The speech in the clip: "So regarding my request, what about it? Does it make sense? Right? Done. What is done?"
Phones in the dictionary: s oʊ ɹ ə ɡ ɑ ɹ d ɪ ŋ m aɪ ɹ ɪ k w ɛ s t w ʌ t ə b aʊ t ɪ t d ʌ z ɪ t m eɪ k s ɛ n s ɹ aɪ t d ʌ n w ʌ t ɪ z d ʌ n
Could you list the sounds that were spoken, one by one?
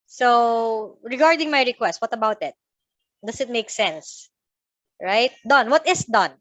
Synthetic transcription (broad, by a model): s oʊ ɹ ə ɡ ɑ ɹ d ɪ ŋ m aɪ ɹ ɪ k w ɛ s t w ʌ t ə b aʊ t ɪ t d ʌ s ɪ t m eɪ k s ɛ n s ɹ aɪ t d ʌ n w ʌ t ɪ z d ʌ n